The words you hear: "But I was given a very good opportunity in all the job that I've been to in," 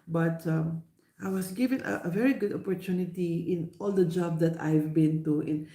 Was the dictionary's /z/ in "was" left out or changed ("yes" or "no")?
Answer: yes